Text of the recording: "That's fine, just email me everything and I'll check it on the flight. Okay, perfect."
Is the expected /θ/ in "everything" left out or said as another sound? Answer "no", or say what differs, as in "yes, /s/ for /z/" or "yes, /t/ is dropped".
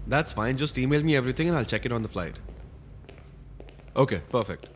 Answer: yes, /t/ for /θ/